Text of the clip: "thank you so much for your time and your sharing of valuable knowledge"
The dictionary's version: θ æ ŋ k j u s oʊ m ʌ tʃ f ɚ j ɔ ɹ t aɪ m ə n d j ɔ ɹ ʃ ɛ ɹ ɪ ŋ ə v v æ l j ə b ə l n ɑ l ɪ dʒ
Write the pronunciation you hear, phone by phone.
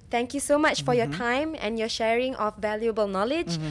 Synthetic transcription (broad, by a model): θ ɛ ŋ k j u s oʊ m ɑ tʃ f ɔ j ɔ t aɪ m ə n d j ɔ ʃ ɛ ɹ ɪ ŋ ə f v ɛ l j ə b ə l n ɑ l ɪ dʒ